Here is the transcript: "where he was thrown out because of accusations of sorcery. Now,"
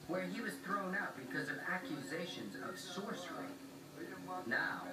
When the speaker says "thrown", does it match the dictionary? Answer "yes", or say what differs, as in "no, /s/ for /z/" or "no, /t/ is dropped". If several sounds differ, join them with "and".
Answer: yes